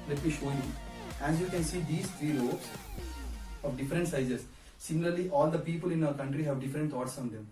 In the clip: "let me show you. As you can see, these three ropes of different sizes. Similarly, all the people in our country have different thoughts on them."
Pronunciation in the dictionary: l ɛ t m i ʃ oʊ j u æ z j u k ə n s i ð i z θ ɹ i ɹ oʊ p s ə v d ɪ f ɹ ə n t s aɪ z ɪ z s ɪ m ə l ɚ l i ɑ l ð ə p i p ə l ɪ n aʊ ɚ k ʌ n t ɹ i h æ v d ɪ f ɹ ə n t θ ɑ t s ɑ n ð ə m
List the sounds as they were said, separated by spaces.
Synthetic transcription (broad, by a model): l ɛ t m i ʃ oʊ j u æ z j u k ə n s i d i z t ɹ i ɹ oʊ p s ə v d ɪ f ɹ ə n t s aɪ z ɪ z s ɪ m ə l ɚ l i ɑ l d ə p i p ə l ɪ n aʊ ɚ k ʌ n t ɹ i h æ v d ɪ f ɹ ə n t t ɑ t s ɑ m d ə m